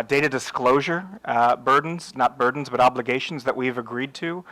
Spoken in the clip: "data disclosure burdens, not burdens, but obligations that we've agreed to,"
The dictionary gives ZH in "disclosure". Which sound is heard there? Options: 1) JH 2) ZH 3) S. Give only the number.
2